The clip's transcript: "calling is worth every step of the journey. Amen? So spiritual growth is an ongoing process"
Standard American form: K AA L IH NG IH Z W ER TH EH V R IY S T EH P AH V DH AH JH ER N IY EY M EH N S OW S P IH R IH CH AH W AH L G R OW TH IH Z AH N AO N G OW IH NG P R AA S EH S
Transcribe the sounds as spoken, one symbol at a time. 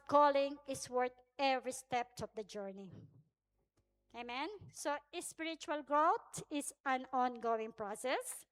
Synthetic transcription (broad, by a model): K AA L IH NG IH S W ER T EH V R IY S T EH P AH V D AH JH ER N IY EY M EH N S OW S P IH R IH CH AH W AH L G R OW T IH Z AH N AO N G OW IH NG P R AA S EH S